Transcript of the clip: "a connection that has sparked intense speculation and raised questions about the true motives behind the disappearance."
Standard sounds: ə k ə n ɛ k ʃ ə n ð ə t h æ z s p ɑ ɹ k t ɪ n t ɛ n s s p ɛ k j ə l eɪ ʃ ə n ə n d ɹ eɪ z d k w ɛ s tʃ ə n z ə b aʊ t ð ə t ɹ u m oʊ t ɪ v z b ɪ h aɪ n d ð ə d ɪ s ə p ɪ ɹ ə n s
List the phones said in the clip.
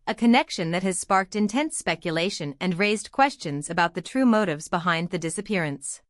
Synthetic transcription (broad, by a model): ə k ə n ɛ k ʃ ə n ð ə t h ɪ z s p ɑ ɹ k t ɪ n t ɛ n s s p ɛ k j ə l eɪ ʃ ə n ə n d ɹ eɪ z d k w ɛ s tʃ ə n z ə b aʊ t ð ə t ɹ u m oʊ t ɪ v z b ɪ h aɪ n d ð ə d ɪ s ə p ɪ ɹ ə n s